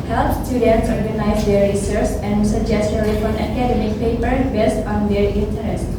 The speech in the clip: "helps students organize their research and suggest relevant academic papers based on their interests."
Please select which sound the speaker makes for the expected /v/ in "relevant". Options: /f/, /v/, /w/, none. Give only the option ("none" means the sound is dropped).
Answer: /f/